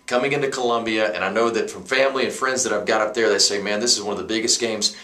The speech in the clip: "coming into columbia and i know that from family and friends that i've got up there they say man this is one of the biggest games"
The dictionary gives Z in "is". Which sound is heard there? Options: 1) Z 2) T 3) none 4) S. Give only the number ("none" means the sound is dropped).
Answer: 1